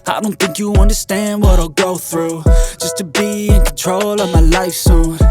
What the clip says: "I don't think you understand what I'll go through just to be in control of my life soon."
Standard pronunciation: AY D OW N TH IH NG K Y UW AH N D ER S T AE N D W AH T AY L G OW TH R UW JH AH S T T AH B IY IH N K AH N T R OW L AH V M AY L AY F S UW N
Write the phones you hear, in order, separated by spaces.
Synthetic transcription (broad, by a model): AY D OW N TH IH NG K Y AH AH N D ER S T AE N D W AH T AY L G OW TH R UW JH AH S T T AH B IY IH N K N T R OW L AH V M AY L AY F S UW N